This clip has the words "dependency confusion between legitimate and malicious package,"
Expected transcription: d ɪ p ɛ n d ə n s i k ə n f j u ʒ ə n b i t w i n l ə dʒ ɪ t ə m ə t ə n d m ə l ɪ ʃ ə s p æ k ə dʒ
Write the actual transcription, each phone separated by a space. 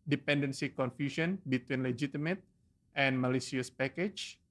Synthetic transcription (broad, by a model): d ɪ p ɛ n d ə n s i k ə n f j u ʃ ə n b i t w i n l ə dʒ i t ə m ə t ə n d m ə l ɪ s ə s p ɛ k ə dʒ